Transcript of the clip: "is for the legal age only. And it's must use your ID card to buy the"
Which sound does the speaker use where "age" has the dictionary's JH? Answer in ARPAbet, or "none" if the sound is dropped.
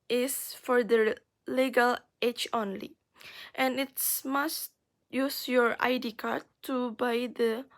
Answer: CH